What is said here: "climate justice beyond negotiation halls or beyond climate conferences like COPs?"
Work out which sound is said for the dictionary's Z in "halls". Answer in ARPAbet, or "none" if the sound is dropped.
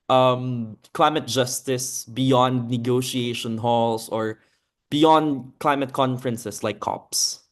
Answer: S